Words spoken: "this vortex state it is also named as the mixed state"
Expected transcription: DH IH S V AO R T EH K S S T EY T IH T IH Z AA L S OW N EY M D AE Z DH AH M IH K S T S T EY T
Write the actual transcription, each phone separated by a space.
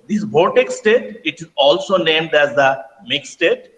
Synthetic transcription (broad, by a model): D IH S B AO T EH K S S T EY T IH T IH Z AA L S OW N EY M D AE Z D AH M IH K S S T EY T